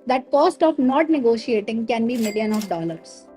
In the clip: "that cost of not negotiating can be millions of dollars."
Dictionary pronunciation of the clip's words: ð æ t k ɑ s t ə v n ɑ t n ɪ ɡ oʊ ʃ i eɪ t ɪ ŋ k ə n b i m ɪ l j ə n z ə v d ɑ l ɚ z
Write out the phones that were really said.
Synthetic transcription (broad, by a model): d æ t k ɑ s t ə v n ɑ t n ɪ ɡ oʊ ʃ i eɪ t ɪ ŋ k ə n b i m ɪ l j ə n ə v d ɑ l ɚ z